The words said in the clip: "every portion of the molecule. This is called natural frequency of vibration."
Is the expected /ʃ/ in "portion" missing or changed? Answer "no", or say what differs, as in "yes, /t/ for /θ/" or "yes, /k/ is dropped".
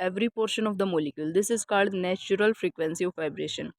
no